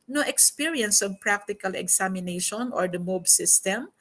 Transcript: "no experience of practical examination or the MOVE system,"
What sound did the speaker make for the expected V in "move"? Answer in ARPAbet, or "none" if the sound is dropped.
B